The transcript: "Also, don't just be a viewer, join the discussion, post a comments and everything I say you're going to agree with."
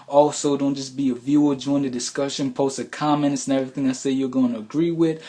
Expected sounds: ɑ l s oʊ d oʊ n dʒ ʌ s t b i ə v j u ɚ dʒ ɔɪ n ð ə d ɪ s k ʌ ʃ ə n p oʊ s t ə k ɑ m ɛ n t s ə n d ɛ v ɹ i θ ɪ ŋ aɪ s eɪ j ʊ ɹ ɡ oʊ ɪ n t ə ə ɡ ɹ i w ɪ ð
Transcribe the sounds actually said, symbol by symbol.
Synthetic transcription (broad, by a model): ɑ l s oʊ d oʊ n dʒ ʌ s b i ə v j u ɚ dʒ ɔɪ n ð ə d ɪ s k ʌ ʃ ə n p oʊ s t ə k ɑ m ɛ n t s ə n ɛ v ɹ i θ ɪ ŋ aɪ s eɪ j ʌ ɹ ɡ oʊ ɪ n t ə ə ɡ ɹ i w ɪ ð